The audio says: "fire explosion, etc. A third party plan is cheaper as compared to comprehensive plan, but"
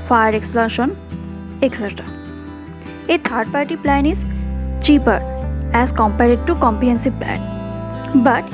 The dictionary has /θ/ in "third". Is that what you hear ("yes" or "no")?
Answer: no